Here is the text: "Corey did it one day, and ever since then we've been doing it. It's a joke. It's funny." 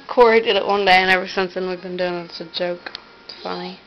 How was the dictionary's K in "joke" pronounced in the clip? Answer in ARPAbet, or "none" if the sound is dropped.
none